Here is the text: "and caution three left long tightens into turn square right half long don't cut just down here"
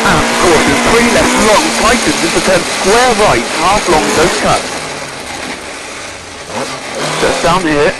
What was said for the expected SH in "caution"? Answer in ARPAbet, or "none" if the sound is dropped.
S